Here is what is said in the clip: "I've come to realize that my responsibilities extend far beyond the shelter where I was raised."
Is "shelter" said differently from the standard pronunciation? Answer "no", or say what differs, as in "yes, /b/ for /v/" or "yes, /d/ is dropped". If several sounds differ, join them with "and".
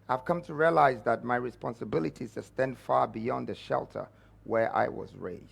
no